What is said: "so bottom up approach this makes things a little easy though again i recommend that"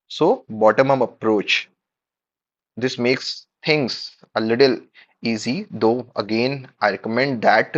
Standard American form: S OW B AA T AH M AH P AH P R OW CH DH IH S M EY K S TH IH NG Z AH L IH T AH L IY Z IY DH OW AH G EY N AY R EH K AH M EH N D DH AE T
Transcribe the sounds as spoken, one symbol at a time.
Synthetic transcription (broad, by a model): S OW B AA T AH M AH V AH P R OW CH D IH S M EY K S T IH NG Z AH L IH T AH L IY Z IY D OW AH G EY N AY R EH K AH M EH N D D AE T